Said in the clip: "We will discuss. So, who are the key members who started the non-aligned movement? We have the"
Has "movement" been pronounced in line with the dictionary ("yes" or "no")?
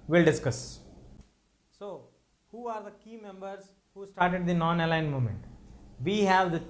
no